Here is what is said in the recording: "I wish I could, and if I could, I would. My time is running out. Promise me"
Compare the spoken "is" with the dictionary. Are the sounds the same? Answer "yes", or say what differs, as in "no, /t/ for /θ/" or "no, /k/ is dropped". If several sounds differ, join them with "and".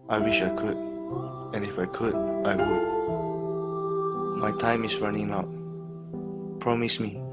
no, /s/ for /z/